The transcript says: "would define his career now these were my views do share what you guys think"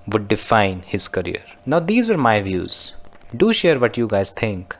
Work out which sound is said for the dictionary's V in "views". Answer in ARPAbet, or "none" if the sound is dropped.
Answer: V